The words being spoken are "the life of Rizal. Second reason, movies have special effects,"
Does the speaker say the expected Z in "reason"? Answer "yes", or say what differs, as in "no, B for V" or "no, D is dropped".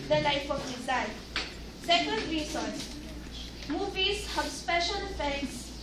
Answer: no, S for Z